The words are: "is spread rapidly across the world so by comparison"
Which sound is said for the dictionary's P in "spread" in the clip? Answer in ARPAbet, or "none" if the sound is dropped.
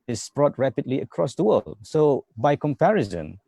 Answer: B